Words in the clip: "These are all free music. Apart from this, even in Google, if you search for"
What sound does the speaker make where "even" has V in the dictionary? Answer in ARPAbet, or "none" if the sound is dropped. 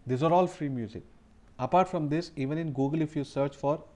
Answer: V